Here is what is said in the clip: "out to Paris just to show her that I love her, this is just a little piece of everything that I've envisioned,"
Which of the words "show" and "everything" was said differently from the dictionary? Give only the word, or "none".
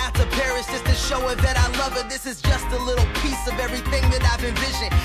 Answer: none